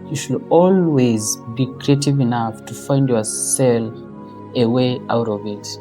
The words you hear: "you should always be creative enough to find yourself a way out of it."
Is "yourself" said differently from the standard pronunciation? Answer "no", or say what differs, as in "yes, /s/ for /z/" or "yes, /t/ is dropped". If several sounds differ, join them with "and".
yes, /f/ is dropped